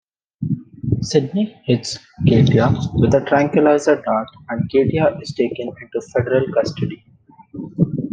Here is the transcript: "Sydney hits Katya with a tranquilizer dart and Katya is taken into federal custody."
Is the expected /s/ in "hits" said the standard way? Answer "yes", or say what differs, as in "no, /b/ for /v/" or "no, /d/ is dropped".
yes